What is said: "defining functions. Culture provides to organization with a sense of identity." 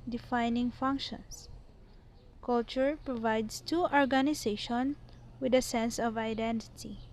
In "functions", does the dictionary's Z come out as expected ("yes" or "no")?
no